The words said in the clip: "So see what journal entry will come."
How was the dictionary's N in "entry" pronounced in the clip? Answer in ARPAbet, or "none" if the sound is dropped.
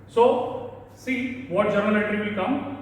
none